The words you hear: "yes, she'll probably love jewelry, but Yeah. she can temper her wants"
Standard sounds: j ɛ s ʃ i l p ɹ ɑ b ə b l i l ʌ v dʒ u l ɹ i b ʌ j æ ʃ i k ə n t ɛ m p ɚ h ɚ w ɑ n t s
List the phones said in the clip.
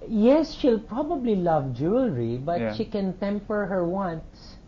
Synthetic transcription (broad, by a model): j ɛ s ʃ i l p ɹ ɑ b ə b l i l ʌ v dʒ u l ɹ i b ʌ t ʃ i k ə n t ɛ m p ɚ h ɚ w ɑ n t s